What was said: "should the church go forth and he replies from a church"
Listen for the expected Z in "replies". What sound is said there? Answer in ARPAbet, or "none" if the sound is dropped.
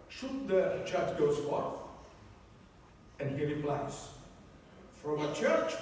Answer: S